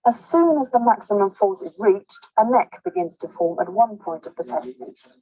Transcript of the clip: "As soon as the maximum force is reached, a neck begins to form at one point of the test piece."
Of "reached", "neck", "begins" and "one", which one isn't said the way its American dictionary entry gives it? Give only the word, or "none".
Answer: none